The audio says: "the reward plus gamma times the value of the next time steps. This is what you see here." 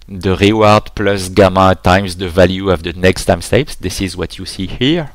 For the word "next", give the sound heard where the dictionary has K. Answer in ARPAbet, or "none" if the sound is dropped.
K